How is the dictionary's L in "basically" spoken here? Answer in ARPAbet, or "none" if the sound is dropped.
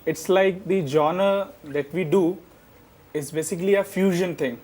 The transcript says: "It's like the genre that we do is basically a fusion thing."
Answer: L